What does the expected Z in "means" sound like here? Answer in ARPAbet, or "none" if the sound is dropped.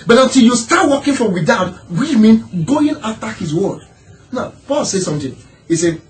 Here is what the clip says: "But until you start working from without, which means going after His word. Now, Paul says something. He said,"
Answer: none